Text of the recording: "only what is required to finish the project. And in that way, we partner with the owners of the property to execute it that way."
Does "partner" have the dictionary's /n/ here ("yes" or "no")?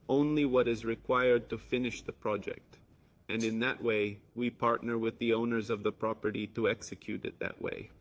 yes